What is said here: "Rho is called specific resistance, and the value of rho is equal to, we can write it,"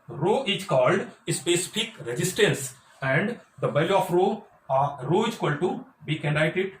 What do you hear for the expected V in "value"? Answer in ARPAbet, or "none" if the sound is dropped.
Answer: B